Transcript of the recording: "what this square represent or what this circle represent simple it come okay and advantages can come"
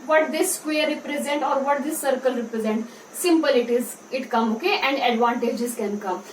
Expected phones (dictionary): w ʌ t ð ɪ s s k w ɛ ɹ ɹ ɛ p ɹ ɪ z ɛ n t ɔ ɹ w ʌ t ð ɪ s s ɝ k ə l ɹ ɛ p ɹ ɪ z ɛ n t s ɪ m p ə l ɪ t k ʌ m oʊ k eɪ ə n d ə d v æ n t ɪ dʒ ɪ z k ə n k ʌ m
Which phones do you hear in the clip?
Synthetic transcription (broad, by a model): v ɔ t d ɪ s s k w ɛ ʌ ɹ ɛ p ɹ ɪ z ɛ n t ɔ ɹ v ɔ t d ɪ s s ɝ k ə l ɹ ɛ p ɹ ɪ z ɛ n t s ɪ m p ə l ɪ t k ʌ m oʊ k eɪ ə n d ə d v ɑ n t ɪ dʒ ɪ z k ə n k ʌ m